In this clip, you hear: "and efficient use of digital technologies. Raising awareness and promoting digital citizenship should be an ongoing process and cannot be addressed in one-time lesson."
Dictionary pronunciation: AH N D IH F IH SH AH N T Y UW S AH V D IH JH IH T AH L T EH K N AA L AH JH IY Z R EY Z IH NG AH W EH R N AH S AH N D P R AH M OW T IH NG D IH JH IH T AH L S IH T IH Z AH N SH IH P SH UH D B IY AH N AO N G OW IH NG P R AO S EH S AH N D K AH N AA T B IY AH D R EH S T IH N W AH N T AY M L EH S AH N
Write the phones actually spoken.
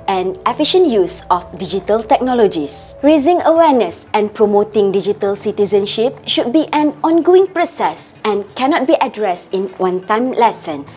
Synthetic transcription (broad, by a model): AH N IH F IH SH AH N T Y UW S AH F D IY JH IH T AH L T EH K N AA L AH JH IY S R EY Z IH NG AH W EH N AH S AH N P R AH M OW T IH NG D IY JH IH T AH L S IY T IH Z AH N SH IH P SH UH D B IY AH N AO N G OW IH NG P R AO S EH S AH N K AH N AA T B IY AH D R EH S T IH N W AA N T AY M L EH S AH N